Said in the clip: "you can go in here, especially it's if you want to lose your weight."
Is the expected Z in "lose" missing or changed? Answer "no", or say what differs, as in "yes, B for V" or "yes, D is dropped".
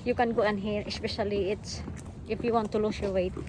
yes, S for Z